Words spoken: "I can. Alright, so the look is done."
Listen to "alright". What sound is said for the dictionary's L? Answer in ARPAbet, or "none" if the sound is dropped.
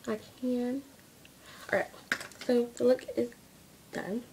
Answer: none